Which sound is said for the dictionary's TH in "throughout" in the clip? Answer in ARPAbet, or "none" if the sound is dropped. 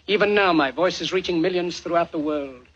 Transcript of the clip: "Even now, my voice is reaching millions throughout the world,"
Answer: TH